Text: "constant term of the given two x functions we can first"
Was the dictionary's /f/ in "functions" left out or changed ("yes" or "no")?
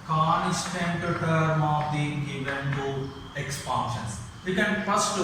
yes